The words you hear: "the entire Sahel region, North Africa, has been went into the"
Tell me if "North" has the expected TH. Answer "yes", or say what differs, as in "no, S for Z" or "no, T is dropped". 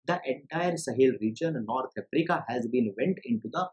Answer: no, T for TH